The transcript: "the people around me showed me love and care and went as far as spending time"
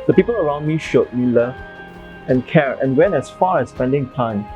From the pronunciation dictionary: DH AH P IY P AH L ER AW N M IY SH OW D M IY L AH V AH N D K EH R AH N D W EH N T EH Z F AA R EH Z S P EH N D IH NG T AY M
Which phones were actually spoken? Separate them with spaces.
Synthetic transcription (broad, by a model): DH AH P IY P AH L ER AW N M IY SH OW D M IY L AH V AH N K EH R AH N W EH N EH S F AA R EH S P EH N D IH NG T AY M